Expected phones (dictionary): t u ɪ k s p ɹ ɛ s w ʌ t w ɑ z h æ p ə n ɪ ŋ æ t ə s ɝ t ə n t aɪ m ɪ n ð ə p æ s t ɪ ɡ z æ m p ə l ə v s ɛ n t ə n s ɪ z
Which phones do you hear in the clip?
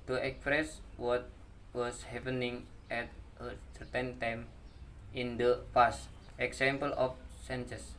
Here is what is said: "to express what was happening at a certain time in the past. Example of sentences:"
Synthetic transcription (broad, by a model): t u ɪ k s p ɹ ɛ s w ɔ t w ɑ s h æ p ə n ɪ ŋ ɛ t ə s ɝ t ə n t aɪ m ɪ n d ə f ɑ s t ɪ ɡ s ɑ m p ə l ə f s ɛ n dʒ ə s